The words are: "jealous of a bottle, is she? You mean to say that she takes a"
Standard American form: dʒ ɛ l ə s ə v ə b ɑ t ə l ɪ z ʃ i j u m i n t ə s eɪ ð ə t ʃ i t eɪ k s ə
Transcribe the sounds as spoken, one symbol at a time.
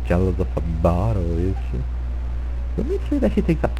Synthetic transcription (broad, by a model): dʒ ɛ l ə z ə f ə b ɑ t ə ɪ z ʃ i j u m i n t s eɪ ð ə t ʃ i t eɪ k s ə